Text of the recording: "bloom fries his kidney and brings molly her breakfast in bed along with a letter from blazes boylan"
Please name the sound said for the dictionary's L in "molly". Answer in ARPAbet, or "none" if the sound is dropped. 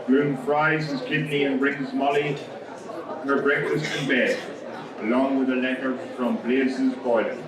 L